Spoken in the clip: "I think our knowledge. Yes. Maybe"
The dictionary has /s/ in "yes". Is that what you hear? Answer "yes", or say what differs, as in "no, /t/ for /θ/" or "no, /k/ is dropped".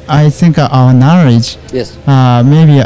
no, /s/ is dropped